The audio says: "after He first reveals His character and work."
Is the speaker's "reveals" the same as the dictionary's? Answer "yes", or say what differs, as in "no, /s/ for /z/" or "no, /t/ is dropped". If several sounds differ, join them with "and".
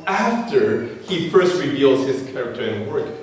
yes